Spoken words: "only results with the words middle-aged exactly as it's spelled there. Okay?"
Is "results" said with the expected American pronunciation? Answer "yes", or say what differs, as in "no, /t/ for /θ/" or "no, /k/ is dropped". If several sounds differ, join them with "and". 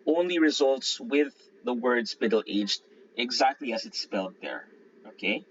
yes